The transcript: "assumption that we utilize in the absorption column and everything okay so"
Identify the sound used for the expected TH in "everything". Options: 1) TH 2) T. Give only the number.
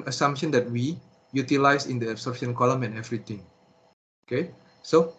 2